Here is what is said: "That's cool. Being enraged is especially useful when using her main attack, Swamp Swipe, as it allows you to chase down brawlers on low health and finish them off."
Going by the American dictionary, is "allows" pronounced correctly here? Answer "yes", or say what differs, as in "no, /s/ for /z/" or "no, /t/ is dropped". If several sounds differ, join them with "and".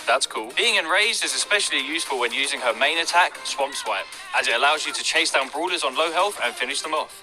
yes